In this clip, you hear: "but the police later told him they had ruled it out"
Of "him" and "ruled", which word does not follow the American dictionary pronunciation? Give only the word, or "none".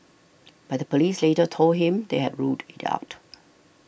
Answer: ruled